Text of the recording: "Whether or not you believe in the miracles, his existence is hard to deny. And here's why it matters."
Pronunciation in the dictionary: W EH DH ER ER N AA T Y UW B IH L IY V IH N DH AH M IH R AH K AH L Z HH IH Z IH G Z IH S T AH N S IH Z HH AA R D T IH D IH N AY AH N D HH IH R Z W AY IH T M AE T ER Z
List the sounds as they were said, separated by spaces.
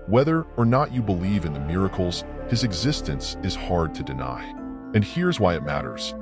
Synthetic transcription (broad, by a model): W EH DH ER ER N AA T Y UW B IH L IY V IH N DH AH M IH R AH K L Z HH IH Z IH G Z IH S T AH N S IH Z HH AA R D T IH D IH N AY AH N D HH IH R Z W AY IH T M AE T ER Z